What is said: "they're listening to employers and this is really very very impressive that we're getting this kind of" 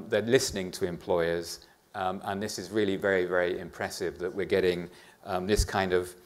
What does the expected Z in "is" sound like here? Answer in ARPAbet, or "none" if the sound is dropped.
Z